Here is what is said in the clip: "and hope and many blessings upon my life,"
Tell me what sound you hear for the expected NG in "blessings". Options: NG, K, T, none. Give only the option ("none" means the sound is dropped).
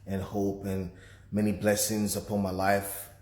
NG